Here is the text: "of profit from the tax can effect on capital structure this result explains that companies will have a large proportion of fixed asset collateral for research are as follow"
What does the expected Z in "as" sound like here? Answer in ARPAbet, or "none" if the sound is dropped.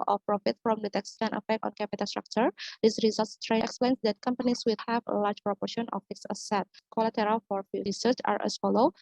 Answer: S